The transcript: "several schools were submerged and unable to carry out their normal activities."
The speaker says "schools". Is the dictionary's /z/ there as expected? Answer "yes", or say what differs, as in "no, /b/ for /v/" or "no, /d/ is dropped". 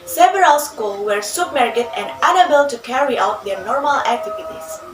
no, /z/ is dropped